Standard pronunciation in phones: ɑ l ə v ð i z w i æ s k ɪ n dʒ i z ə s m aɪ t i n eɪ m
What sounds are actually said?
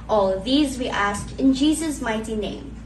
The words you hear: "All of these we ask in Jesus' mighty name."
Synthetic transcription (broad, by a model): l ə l ð i z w i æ s k ɪ n dʒ i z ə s m aɪ t i n eɪ m